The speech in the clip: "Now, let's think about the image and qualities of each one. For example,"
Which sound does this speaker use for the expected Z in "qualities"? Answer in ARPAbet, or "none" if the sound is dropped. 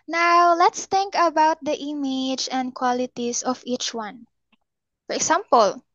S